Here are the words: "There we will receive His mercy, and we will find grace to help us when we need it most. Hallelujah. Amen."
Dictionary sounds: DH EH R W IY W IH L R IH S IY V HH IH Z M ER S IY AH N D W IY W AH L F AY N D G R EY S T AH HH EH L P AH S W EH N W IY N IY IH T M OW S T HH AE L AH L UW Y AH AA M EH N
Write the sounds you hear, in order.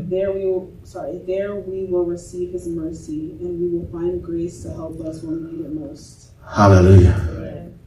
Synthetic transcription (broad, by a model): DH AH R W IY W IH L R IH S IY V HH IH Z M ER S IY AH N W IY W AH L F AY N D G R EY S T AH HH EH L P AH S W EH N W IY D IH T M OW S T HH AE L AH L UW Y AH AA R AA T